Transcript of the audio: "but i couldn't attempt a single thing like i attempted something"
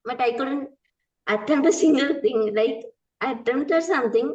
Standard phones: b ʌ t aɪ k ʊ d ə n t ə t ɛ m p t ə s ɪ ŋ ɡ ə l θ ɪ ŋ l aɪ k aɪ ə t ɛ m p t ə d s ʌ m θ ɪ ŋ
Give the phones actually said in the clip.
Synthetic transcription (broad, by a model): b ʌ t aɪ k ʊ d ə n t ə t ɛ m ə s ɪ ŋ ɡ ə l t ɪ ŋ l aɪ k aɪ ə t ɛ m t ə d s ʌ m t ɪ ŋ